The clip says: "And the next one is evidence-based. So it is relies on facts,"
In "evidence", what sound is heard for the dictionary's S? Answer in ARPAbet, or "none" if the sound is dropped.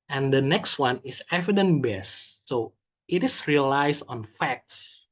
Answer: none